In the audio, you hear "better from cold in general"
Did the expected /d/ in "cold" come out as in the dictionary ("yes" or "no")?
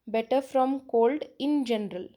yes